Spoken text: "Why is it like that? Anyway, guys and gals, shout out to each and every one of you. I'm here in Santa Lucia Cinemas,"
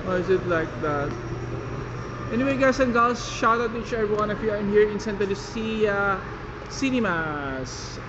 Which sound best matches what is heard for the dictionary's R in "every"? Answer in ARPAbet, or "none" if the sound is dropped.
none